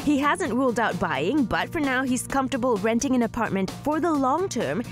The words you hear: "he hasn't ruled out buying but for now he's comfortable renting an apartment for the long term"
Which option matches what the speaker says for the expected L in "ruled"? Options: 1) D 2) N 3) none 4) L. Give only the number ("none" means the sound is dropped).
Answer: 4